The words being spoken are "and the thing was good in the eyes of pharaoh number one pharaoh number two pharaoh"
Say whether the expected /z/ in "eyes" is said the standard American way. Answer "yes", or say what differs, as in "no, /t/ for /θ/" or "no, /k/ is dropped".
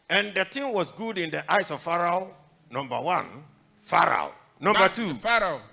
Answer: no, /s/ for /z/